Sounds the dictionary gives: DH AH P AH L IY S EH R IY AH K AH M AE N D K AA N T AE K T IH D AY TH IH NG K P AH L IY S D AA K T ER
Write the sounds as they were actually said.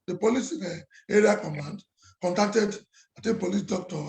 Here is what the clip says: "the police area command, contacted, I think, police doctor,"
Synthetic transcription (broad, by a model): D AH P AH L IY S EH R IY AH K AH M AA N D K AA N T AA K T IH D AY T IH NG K P AH L IY S D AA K T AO